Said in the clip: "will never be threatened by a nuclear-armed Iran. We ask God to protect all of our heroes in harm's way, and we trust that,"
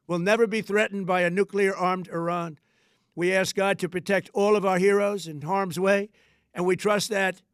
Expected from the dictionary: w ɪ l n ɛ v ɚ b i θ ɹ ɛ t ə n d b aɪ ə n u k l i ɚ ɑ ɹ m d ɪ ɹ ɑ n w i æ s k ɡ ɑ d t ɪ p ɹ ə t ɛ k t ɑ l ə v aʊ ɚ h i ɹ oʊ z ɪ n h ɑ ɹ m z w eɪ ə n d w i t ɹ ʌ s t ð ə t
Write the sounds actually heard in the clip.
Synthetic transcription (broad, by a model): w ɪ l n ɛ v ɚ b i θ ɹ ɛ t n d b aɪ ə n u k l i ɚ ɑ ɹ m d ɪ ɹ ɑ n w i æ s k ɡ ɑ d t ɪ p ɹ ə t ɛ k t ɑ l ə v aʊ ɚ h i ɹ oʊ z ɪ n h ɑ ɹ m z w eɪ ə n w i t ɹ ʌ s t ð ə t